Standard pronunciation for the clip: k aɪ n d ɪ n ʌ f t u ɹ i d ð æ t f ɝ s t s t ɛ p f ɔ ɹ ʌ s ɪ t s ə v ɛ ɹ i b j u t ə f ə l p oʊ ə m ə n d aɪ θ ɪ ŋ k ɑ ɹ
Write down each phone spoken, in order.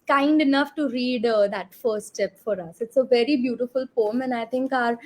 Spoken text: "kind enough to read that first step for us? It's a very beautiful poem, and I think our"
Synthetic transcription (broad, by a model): k aɪ n d ɪ n ʌ f t u ɹ i d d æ t f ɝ t s t ɛ p f ɔ ɹ ʌ s ɪ t s ə v ɛ ɹ i b j u t ə f ə l p oʊ ə m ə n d aɪ t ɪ ŋ k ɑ ɹ